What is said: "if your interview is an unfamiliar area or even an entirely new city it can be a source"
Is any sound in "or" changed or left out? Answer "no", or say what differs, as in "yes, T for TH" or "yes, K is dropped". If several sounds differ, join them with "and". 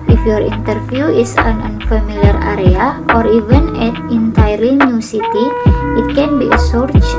no